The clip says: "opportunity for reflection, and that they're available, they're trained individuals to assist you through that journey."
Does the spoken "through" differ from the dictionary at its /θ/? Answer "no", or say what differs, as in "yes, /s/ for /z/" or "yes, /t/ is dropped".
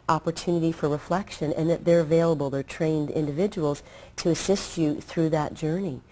no